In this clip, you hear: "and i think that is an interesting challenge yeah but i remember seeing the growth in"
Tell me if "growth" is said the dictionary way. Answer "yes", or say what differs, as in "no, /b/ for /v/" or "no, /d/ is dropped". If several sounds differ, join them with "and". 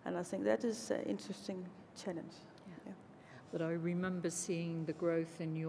yes